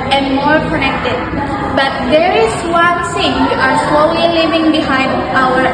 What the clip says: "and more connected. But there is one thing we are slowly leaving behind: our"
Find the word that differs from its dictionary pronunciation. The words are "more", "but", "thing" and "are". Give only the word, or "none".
thing